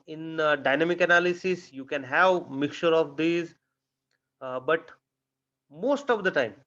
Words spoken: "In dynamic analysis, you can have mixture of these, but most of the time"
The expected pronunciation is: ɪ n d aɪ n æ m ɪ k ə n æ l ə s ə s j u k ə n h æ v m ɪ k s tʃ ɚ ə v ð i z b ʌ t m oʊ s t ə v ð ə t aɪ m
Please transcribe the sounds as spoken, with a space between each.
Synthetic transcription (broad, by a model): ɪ n d aɪ n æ m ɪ k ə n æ l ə s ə s j u k ə n h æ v m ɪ k tʃ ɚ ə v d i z b ʌ t m oʊ s t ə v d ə t aɪ m